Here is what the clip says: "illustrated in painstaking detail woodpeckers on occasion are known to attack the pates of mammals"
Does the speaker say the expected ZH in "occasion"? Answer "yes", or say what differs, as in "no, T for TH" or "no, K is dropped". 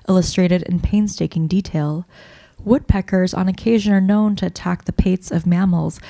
yes